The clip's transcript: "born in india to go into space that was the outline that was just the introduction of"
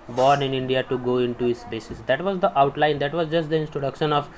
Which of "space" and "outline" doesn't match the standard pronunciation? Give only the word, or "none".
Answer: space